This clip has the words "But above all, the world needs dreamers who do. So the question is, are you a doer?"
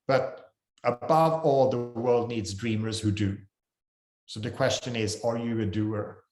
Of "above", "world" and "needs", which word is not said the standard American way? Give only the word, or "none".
none